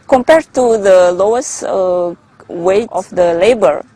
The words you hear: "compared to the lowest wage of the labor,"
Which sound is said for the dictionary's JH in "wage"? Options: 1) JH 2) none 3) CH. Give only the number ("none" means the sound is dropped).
2